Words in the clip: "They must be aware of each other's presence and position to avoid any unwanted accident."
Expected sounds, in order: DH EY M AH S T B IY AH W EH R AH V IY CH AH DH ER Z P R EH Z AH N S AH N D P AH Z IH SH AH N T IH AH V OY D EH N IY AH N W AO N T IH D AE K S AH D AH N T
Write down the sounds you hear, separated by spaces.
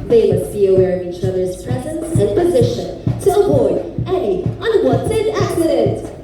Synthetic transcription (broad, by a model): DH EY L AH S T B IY AH W EH R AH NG IY CH AH DH ER Z P R EH Z AH N S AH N P AH Z IH SH AH N T IH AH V OY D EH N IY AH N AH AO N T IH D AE K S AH D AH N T